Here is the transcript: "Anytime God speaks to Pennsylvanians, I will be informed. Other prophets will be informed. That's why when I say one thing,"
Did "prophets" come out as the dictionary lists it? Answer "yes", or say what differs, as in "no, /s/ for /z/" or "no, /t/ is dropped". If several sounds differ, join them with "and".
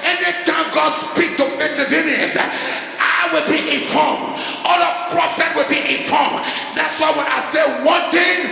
no, /s/ is dropped